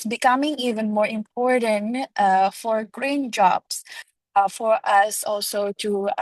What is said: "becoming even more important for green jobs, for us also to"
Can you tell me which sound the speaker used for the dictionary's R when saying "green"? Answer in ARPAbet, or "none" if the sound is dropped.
R